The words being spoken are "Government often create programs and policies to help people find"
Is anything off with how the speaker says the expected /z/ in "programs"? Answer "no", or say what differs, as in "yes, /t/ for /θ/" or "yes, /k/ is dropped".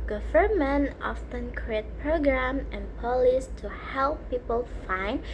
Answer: yes, /z/ is dropped